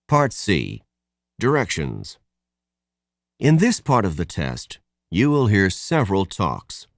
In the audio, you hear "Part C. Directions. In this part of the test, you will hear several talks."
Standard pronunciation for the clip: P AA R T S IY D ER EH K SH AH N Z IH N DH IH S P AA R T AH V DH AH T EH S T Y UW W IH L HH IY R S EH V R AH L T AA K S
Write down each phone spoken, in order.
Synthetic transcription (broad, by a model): P AA R T S IY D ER EH K SH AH N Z IH N DH IH S P AA R T AH V DH AH T EH S T Y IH W IH L HH IY R S EH V R AH L T AA K S